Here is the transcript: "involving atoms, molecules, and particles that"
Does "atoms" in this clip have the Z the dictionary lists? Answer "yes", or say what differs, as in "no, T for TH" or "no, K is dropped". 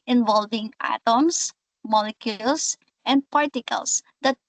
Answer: no, S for Z